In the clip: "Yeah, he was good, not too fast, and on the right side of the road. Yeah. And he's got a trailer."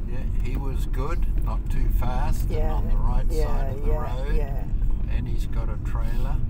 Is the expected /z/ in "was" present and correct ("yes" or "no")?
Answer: yes